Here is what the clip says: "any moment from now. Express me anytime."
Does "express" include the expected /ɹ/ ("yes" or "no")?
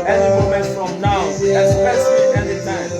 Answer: no